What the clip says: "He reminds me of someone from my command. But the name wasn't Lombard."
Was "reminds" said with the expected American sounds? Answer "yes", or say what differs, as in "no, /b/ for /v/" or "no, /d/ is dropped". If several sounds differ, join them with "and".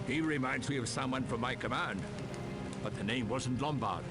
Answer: yes